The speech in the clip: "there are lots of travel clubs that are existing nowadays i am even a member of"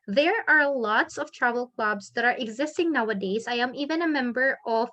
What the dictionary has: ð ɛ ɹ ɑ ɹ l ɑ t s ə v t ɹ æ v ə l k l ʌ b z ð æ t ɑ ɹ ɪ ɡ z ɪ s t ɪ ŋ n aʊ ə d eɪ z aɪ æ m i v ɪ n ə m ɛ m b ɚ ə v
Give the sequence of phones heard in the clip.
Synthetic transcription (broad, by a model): ð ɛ ɹ ɑ ɹ l ɑ t s ə v t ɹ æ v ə l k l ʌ b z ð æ t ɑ ɹ ɪ ɡ z ɪ s t ɪ ŋ n aʊ ə d eɪ z aɪ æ m i v ɪ n ə m ɛ m b ɚ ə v